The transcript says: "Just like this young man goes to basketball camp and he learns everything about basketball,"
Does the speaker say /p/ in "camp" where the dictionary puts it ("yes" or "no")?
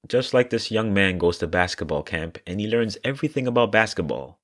yes